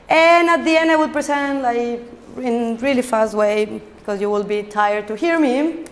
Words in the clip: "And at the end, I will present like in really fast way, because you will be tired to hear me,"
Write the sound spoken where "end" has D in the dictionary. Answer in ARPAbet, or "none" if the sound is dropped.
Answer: D